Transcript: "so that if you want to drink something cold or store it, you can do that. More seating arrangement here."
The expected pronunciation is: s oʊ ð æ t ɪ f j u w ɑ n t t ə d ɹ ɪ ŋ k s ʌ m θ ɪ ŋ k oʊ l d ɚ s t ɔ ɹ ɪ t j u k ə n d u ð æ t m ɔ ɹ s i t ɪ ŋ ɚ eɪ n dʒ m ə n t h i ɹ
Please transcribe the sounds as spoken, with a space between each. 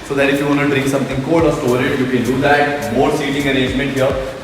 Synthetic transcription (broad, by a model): s oʊ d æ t ɪ f j u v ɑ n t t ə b ɹ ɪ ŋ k s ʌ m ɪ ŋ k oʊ d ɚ s t ɔ ɹ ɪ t j u k ə n d u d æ t m ɔ ɹ s i t ɪ ŋ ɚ eɪ n dʒ m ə n t h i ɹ